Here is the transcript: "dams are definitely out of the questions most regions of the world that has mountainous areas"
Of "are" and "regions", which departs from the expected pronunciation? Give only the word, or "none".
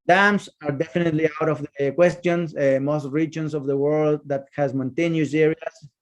regions